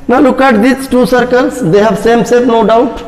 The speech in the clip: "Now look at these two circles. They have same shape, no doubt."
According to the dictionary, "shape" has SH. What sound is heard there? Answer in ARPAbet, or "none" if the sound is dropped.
S